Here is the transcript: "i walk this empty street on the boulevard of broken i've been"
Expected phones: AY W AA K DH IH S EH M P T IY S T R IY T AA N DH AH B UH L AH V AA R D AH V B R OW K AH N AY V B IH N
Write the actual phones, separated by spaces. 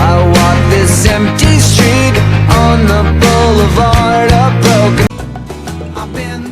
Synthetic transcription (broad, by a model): AY W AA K DH IH S EH M P T IY S T R IY T N DH AH B UH L AH V AA R D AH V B R OW AH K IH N